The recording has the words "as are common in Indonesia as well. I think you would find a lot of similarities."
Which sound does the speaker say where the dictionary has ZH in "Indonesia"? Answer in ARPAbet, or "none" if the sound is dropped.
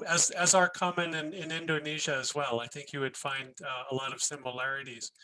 ZH